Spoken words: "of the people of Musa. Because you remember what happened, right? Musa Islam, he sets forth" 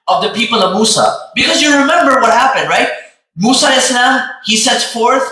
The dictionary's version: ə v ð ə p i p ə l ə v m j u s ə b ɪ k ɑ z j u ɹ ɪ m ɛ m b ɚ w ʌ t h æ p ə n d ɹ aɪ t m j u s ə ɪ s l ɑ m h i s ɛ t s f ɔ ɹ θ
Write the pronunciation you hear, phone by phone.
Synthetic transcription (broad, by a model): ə v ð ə p i p ə l ə v m u s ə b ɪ k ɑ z j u ɹ ɪ m ɛ m b ɚ w ʌ t h æ p ə n d ɹ aɪ t m u s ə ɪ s n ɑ h i s ɛ t s f ɔ ɹ θ